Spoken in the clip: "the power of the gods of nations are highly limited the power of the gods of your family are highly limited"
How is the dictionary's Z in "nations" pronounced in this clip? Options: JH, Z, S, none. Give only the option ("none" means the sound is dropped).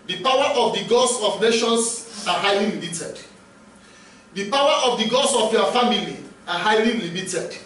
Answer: S